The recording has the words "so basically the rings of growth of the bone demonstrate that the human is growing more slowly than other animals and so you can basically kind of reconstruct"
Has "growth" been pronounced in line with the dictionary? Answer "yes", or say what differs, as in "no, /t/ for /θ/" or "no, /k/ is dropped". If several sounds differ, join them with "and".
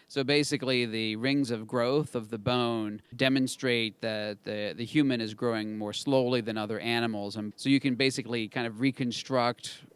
yes